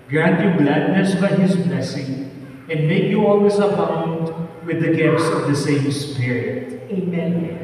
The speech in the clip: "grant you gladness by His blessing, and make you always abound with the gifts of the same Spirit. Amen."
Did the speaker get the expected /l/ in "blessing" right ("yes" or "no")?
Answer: yes